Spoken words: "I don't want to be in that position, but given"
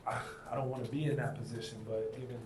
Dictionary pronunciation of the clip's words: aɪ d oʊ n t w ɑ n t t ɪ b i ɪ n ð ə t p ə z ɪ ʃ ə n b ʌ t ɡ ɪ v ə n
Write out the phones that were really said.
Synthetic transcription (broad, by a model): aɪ d oʊ n t w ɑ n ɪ b i ɪ n ð ə t p ə z ɪ ʃ ə n b ʌ t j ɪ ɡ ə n